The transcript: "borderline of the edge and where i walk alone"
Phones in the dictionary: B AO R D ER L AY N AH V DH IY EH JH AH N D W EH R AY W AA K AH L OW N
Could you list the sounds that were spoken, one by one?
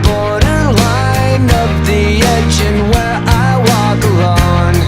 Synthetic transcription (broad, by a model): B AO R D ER L AY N AH P DH IY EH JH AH N W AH R AY W AA K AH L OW N